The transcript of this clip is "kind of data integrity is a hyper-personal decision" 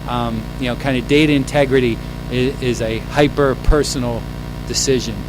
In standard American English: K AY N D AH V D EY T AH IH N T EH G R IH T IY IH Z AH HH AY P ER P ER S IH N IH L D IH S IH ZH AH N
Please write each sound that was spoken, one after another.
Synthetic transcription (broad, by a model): K AY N D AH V D EY T AH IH N T EH G R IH T IY IH Z AH HH AY P ER P ER S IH N L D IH S IH ZH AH N